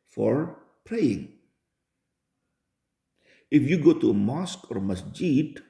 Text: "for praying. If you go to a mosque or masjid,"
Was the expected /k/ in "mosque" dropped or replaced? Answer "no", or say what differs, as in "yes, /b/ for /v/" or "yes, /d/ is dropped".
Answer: no